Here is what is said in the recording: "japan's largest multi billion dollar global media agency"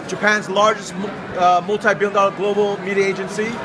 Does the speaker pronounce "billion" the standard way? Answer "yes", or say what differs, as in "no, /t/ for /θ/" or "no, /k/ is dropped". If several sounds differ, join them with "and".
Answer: no, /l/ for /n/